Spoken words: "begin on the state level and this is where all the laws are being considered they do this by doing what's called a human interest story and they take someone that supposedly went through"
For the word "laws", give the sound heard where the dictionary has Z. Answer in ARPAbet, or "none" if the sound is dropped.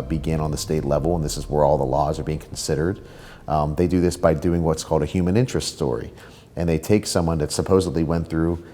Z